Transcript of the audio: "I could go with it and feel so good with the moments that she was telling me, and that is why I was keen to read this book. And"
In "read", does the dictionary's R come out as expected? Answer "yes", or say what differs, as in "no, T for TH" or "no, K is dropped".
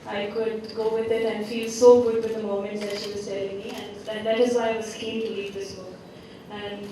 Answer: no, L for R